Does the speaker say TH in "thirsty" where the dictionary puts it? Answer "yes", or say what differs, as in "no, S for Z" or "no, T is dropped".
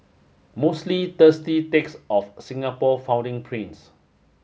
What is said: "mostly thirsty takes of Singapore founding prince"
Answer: no, T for TH